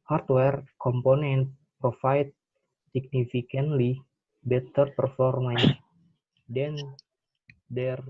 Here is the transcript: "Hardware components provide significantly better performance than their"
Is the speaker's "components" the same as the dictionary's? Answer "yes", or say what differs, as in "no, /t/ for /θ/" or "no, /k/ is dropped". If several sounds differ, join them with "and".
no, /s/ is dropped